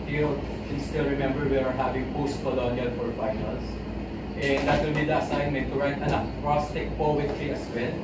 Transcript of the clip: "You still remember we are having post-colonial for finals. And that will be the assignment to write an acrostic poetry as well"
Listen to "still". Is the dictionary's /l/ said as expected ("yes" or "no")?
yes